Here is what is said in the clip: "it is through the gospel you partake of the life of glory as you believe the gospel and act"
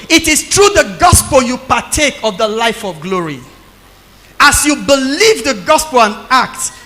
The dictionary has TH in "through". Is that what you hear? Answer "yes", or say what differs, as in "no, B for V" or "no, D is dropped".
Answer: no, T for TH